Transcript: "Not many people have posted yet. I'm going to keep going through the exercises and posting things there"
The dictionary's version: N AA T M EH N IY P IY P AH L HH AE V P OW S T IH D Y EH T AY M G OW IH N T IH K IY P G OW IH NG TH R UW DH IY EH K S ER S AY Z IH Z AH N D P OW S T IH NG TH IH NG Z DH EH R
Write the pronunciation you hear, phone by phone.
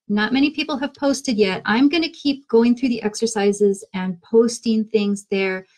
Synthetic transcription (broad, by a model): N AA T M EH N IY P IY P L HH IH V P OW S T IH D Y EH T AY M G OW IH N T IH K IY P G OW IH NG TH R UW DH IY EH K S ER S AY Z IH Z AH N P OW S T IH NG TH IH NG Z DH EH R